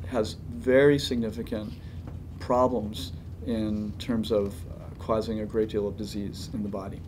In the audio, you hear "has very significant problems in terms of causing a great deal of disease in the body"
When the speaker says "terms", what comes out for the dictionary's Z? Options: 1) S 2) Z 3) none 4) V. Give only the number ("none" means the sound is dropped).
2